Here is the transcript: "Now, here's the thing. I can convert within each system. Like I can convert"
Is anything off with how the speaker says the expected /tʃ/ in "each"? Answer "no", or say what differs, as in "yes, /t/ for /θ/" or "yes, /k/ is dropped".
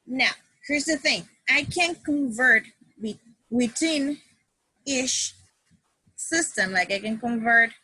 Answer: yes, /ʃ/ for /tʃ/